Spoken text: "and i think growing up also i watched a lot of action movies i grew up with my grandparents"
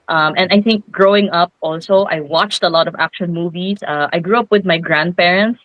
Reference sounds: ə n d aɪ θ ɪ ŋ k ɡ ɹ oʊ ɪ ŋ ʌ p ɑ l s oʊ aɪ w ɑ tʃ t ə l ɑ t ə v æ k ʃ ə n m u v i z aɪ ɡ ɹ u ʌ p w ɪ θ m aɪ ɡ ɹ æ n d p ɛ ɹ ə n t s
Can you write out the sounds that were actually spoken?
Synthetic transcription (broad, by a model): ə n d aɪ θ ɪ ŋ k ɡ ɹ oʊ ɪ ŋ ʌ p ɑ l s oʊ aɪ w ɑ tʃ t ə l ɑ t ə v æ k ʃ ə n m u v i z aɪ ɡ ɹ u ʌ p w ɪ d m aɪ ɡ ɹ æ n d p ɛ ɹ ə n t s